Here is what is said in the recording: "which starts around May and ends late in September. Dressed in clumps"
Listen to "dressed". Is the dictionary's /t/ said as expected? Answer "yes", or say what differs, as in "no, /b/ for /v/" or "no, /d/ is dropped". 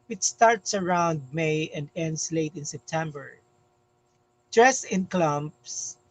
no, /t/ is dropped